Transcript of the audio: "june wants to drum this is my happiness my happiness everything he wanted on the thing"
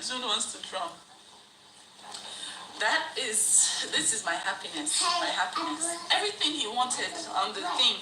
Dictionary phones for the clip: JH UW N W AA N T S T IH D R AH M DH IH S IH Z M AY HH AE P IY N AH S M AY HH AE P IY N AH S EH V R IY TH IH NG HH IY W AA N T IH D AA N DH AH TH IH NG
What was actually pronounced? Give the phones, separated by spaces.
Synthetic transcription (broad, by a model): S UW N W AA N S T IH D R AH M DH IH S IH Z M AY HH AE P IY N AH S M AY HH AE P IY N AH S EH V R IY TH IH NG HH IY W AA N T IH D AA N DH AH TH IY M